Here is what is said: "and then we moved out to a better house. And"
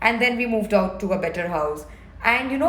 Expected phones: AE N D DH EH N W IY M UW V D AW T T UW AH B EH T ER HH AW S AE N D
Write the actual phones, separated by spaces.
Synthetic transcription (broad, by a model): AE N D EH N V IY M UW V D AW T T UW AH B EH T ER HH AW S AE N D